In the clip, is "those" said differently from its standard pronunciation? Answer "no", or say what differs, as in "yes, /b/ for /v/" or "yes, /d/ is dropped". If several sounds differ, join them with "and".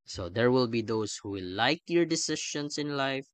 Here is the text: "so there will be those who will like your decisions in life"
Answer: yes, /s/ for /z/